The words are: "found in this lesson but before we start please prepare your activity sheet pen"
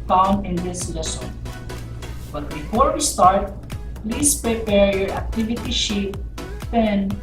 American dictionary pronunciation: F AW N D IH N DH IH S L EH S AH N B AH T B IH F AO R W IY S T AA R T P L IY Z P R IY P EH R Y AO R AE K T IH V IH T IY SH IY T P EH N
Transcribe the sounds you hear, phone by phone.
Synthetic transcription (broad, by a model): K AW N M IH N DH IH S L EH S AH N B AH T B IH F AO R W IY S T AA R T P L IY S P R IY P EH R Y AO R AE K T IH V IH T IY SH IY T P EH N